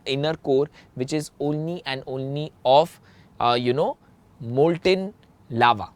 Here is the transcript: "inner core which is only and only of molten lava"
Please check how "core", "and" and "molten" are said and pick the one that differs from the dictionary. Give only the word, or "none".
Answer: none